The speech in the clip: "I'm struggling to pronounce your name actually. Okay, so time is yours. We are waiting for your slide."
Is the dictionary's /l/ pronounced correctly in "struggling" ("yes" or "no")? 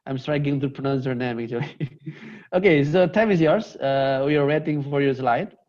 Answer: no